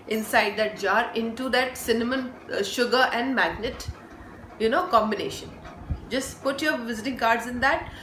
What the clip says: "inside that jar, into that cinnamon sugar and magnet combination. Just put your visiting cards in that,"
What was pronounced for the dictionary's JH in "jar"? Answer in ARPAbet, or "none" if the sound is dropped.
JH